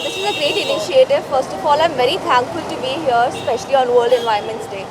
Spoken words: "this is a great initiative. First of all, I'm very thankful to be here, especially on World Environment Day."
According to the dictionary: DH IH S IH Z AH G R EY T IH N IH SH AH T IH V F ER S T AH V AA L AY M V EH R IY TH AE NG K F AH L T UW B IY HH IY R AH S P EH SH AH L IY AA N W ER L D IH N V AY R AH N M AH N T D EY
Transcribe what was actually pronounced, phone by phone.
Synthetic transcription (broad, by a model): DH IH S IH Z AH G R EY T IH N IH SH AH T IH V F ER S T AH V AA L AY M V EH R IY T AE NG K F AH L T UW B IY HH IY AH S P EH SH AH L IY AA N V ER L D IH N V AY AH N M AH N T D EY